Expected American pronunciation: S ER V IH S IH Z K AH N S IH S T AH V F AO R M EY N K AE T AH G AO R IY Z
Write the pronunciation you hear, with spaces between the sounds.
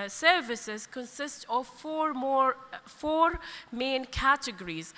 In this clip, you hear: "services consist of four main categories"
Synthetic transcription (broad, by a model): S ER V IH S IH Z K AH N S IH S T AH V F AO R M EY N K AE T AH G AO R IY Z